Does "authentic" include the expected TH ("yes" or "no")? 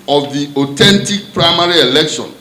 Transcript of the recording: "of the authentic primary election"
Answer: no